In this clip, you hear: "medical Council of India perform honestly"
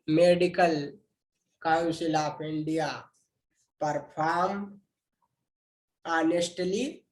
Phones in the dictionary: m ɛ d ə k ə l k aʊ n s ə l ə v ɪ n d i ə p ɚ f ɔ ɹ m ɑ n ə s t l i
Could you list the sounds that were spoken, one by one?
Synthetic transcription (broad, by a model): m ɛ d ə k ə l k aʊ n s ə l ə p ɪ n d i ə p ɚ p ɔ ɹ m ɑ n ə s t l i